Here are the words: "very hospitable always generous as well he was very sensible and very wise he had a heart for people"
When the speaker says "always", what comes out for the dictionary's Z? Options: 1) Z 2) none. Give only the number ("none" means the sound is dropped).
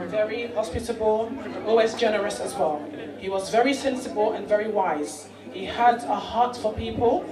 1